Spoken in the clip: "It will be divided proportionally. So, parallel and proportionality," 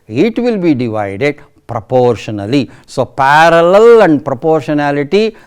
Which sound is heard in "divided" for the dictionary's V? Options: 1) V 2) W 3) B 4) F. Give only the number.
1